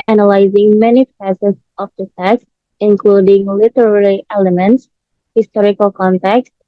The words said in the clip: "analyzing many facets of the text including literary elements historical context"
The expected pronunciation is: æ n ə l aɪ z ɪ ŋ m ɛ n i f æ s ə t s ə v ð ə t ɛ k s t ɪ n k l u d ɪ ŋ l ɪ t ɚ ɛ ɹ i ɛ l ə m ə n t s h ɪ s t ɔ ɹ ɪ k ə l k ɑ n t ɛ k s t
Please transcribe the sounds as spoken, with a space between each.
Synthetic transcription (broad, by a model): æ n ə l aɪ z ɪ ŋ m ɛ n i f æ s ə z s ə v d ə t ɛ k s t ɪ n k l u d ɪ ŋ l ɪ t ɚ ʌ l i ɛ l ə m ə n t s h ɪ s t ɔ ɹ ɪ k ə l k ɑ n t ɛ k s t